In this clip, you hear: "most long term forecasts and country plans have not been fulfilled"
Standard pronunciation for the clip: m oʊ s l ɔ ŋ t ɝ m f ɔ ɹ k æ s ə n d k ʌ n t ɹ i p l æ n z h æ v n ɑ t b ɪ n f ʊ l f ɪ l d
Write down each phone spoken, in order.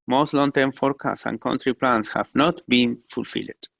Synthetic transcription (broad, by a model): m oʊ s l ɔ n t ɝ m f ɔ ɹ k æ s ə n k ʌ n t ɹ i p l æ n s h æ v n ɑ t b ɪ n f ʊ l f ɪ l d